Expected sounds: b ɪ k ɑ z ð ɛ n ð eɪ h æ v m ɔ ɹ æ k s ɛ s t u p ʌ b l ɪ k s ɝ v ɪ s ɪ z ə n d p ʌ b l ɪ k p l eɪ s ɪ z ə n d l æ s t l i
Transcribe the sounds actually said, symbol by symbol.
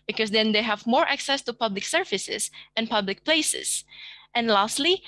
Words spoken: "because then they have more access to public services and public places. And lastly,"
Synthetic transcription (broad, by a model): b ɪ k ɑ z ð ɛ n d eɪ h æ v m ɔ ɹ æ k s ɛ s t u p ʌ b l ɪ k s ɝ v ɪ s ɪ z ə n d p ʌ b l ɪ k p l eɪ s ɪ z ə n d l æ s t l i